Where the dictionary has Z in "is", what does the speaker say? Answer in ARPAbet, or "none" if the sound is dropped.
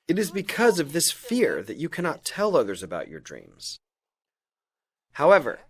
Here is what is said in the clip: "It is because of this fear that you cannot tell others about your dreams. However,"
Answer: Z